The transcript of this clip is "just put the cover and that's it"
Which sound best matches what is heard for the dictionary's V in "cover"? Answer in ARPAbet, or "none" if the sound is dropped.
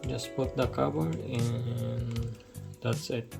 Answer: B